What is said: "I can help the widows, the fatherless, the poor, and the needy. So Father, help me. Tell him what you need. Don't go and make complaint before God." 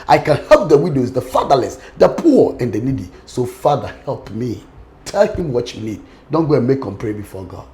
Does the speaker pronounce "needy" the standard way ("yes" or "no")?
yes